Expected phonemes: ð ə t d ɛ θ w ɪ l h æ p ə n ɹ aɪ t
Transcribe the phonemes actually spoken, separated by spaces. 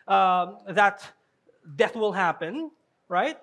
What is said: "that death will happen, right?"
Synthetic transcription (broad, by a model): ð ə t d ɛ θ w ɪ l h æ p ə n ɹ aɪ t